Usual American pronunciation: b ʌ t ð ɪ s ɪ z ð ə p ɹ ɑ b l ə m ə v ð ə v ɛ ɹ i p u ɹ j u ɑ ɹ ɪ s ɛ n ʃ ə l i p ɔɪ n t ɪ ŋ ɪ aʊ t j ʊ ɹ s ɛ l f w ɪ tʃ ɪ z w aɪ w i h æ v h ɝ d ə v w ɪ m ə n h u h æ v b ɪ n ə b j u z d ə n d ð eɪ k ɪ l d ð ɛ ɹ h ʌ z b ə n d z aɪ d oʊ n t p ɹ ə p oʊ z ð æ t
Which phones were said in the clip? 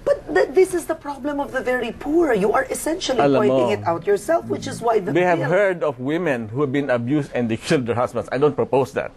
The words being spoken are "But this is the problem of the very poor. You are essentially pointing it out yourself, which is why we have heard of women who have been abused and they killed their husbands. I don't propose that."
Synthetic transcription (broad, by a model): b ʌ t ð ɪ s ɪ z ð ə p ɹ ɑ b l ə m ə v ð ə v ɛ ɹ i p u ɹ j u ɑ ɹ ɪ s ɛ n ʃ ə l i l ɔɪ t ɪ ŋ ɪ aʊ t j ʊ ɹ s ɛ l f w ɪ tʃ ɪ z w aɪ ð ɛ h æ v h ɝ d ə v w ɪ m ə n h u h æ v b ɪ n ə b j u s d ə n d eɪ k ɪ l d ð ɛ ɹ h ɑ s b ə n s aɪ d oʊ n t p ɹ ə p oʊ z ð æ t